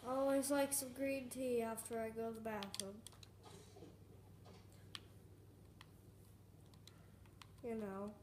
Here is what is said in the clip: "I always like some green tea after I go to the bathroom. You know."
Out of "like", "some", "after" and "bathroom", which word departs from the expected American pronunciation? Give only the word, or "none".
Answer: bathroom